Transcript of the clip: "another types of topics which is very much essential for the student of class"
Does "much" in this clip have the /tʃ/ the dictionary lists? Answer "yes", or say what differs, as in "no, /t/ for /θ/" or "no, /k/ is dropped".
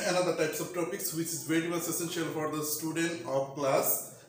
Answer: no, /s/ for /tʃ/